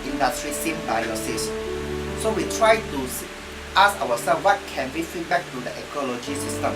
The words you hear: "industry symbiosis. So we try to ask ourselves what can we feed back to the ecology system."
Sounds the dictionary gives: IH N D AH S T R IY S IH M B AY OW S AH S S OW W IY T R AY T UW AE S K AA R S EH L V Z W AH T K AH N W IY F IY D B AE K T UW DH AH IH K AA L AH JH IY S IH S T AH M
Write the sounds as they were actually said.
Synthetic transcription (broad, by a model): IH N D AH S T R IY S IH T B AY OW S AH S S OW W IY T R AY T UW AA S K AA W S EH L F W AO T K AH N W IY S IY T B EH K T UW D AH IH K AA L AH JH IY S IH S T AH M